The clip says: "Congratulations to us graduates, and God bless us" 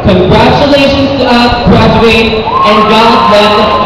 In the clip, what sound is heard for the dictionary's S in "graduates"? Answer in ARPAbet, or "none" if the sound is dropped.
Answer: none